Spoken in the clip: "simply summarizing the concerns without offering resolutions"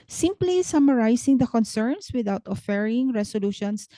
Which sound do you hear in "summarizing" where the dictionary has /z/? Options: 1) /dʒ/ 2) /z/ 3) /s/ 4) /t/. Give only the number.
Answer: 3